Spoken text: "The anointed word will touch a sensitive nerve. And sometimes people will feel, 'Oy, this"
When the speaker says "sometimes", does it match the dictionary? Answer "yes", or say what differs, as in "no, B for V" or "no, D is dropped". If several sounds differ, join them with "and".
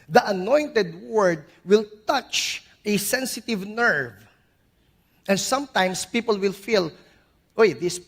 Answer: no, S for Z